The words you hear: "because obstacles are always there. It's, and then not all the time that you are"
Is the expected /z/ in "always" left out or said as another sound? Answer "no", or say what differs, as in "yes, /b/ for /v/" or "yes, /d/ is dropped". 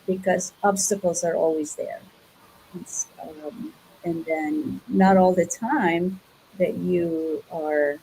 no